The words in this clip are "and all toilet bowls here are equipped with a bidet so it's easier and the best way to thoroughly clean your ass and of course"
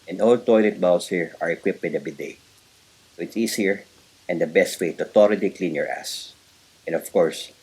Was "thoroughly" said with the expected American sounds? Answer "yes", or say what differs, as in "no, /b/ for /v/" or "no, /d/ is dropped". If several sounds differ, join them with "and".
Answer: no, /t/ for /θ/